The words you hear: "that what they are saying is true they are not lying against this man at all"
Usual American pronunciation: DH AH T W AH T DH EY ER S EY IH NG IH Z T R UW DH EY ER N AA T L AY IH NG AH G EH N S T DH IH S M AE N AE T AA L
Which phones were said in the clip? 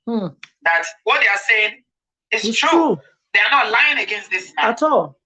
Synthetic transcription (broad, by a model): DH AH T W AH T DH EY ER S EY IH NG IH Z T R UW DH EY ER N AA T L AY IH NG AH G EH N S T DH IH S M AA AA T AA L